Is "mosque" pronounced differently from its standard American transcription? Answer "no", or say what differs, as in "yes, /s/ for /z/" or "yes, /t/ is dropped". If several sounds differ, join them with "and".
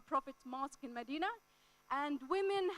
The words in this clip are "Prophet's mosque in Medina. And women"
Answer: no